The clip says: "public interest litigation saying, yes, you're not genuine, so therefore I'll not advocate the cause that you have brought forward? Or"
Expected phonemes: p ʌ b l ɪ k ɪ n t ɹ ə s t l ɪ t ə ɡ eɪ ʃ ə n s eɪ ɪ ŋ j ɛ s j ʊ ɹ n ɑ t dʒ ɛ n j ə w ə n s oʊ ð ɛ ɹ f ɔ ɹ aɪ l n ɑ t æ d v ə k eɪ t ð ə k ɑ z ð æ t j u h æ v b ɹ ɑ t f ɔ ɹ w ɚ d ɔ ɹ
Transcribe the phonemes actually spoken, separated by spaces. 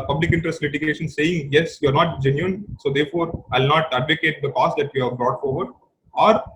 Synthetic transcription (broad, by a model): p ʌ b l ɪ k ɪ n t ɹ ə s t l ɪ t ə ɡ eɪ ʃ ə n s eɪ ɪ ŋ j ɛ s j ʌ ɹ n ɑ t dʒ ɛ n j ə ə n s oʊ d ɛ ɹ f ɔ ɹ aɪ l n ɑ t æ d v ə k eɪ t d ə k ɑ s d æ t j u h æ v b ɹ ɑ t f ɔ ɹ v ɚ d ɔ ɹ